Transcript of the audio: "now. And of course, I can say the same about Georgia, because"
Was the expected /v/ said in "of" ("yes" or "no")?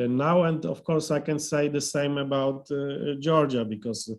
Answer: no